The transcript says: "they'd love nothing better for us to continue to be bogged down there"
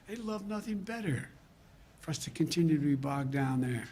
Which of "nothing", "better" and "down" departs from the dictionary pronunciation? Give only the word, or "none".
none